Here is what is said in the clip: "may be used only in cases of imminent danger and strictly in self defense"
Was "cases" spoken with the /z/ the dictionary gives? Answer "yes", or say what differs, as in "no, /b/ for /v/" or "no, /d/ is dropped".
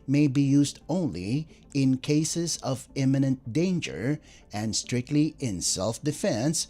yes